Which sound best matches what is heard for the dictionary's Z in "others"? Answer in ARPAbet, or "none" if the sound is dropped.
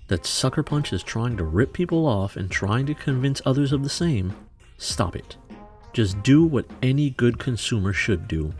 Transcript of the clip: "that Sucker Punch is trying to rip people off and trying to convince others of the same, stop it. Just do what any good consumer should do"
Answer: Z